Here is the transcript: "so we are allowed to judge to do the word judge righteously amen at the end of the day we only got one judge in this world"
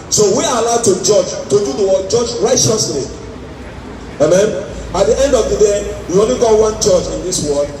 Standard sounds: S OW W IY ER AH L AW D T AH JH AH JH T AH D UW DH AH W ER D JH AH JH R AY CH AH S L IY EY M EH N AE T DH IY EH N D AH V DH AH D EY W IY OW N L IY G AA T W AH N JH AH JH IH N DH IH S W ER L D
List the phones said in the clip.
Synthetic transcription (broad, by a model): S OW W IY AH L AW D T AH JH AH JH T AH D UW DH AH W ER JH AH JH R AY CH AH S L IY EY M EH N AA T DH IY EH N D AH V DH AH D EY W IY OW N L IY G AA T W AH N CH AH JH IH N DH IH S W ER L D